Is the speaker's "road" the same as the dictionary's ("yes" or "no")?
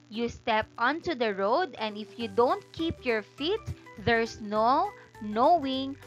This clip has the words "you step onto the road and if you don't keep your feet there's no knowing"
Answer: yes